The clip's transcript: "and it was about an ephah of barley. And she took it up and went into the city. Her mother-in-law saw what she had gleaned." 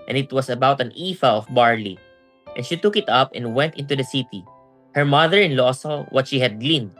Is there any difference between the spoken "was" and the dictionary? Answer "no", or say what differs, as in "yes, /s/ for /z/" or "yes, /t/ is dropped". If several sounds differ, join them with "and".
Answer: yes, /s/ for /z/